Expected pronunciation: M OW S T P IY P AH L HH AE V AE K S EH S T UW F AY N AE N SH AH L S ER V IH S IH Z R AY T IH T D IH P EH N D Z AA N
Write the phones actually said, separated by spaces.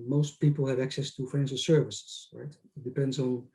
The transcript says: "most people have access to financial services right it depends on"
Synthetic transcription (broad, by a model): M OW S T P IY P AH L HH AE V AE K S EH S T UW F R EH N S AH S ER V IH S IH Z R AY T IH T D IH P EH N D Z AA N